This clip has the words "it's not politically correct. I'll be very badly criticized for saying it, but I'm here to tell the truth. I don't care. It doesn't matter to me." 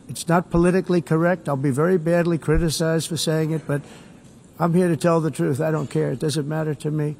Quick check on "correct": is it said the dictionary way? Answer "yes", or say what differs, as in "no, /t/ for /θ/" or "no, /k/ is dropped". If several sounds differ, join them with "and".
yes